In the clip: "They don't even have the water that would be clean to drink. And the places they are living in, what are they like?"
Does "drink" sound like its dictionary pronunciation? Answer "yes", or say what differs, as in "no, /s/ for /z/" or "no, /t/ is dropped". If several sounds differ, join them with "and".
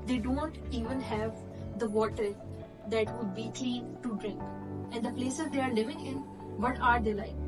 yes